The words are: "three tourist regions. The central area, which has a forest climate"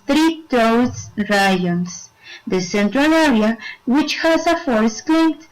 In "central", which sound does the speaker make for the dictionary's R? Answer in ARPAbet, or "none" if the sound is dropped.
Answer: R